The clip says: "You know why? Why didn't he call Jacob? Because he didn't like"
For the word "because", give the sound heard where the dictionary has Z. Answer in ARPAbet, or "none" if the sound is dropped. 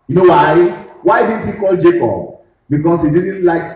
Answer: S